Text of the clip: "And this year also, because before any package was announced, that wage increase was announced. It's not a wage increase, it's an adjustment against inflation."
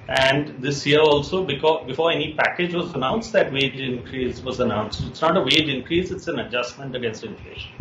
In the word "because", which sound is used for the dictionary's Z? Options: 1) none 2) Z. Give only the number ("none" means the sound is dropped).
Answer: 1